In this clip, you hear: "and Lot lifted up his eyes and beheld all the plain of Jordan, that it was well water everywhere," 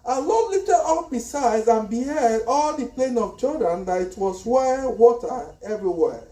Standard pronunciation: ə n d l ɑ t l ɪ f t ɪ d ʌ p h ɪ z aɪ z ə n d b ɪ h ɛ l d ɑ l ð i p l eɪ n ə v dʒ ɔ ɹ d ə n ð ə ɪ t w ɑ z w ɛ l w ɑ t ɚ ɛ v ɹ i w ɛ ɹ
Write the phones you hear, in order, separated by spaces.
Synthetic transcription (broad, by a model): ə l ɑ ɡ l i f t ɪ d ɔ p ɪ s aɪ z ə n b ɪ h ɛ d ɑ l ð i p l eɪ n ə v tʃ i l d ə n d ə ɪ t w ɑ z w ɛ w ɑ t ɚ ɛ v ɹ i w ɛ